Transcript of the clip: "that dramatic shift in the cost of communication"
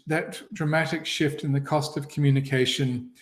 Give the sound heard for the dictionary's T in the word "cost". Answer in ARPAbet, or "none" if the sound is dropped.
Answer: T